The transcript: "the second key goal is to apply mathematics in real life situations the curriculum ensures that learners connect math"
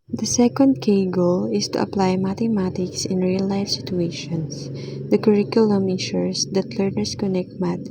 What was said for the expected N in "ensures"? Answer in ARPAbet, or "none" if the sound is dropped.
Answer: none